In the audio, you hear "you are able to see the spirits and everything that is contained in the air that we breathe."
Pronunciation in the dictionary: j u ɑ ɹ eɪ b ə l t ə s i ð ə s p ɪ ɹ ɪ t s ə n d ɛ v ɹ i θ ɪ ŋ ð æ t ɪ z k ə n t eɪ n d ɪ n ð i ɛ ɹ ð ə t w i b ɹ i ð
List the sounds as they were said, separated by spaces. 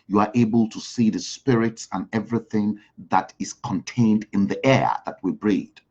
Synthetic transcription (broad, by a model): j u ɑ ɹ eɪ b ə l t ə s i ð ə s p ɪ ɹ ɪ t s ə n ɛ v ɹ i θ ɪ ŋ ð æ t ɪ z k ə n t eɪ n d ɪ n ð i ɛ ɹ ð ə t w i b ɹ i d